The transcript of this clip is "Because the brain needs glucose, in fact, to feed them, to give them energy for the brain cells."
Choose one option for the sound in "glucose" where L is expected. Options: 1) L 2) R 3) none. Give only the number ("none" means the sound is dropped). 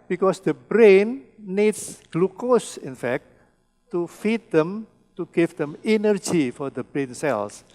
1